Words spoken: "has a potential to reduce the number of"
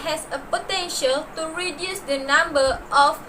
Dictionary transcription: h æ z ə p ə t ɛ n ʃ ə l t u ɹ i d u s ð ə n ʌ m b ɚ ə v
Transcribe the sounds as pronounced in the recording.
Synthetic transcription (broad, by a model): h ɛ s ə p ə t ɛ n ʃ ə l t u ɹ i d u s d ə n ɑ m b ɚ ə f